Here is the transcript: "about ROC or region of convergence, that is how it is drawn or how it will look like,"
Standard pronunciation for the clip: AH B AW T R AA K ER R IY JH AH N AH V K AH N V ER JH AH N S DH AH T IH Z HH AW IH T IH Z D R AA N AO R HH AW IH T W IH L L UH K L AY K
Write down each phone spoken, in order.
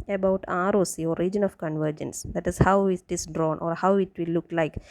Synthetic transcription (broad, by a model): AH B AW T R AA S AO R IY JH AH N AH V K AH N V ER JH AH N S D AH T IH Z HH AW IH T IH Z D R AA N AO R HH AW IH T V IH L L UH K L AY K